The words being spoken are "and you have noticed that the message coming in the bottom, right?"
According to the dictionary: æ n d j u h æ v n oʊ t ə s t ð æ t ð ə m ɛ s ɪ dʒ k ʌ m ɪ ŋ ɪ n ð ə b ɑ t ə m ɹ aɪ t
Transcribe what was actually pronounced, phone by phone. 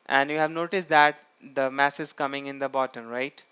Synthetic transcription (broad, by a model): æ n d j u h æ v n oʊ t ə s t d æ t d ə m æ s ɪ z k ʌ m ɪ ŋ ɪ n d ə b ɑ t ə m ɹ aɪ t